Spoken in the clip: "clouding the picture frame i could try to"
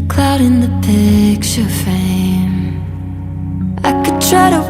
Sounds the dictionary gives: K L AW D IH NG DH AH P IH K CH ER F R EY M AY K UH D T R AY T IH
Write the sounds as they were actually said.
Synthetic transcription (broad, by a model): K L AW D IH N DH AH P IH K CH ER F EY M AY K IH D T R AY T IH